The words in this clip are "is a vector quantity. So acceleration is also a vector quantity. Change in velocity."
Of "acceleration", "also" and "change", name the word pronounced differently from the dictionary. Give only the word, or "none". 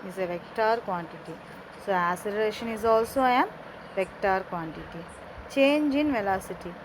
acceleration